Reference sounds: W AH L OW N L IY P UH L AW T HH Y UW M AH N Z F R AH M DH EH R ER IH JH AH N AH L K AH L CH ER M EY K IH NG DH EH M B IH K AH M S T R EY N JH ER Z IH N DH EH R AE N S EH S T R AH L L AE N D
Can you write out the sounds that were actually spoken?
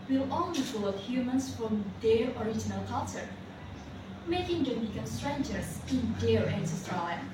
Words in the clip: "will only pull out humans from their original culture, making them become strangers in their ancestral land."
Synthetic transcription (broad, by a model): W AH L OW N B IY F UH L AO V HH Y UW M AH N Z F R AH M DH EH R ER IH JH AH N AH L K AH L CH ER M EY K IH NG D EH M B IH K AH M S T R EY N JH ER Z IH N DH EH R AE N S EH S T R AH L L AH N